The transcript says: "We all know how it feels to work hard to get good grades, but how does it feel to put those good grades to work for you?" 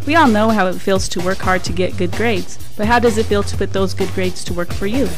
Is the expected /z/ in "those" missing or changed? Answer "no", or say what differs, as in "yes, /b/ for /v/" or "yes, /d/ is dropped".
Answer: no